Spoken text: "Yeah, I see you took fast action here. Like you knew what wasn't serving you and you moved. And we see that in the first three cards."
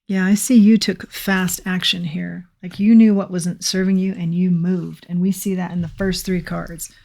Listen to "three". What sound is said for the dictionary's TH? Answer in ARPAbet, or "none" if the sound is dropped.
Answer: TH